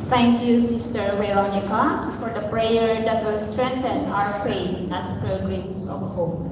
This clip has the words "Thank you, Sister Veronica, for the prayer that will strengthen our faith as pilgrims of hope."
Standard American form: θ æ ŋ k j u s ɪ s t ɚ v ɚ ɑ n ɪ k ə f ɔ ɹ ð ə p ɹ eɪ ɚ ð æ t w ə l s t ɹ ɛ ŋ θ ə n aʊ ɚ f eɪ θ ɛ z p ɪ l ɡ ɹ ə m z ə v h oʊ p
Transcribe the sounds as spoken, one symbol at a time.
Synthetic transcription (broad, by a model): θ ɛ ŋ k j u s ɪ s t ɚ w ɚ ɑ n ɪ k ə f ɔ ɹ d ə p ɹ eɪ ɚ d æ t w ə l s t ɹ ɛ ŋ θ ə n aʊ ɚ f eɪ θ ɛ s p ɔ ɡ ɹ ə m s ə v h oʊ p